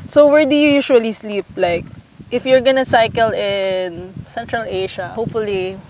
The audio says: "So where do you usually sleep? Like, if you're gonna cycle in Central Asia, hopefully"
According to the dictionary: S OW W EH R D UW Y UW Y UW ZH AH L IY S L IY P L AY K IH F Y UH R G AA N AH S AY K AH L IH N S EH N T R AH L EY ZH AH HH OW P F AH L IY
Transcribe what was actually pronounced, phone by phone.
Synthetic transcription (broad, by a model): S OW W EH R D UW Y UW Y UW SH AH L IY S L IY P L AY K IH F Y UH R G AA N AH S AY K AH L IH N S EH N T R AH L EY SH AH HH OW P F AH L IY